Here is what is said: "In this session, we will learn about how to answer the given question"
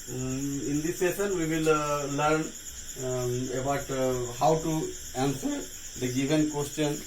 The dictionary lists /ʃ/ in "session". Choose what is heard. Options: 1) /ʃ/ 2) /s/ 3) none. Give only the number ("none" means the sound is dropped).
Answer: 2